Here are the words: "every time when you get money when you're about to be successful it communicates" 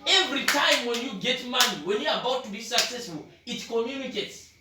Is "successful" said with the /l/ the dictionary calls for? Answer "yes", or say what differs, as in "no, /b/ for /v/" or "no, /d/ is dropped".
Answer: yes